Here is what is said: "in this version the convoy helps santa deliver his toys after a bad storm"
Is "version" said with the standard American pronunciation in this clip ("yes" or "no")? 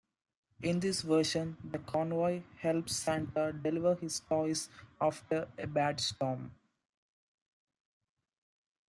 no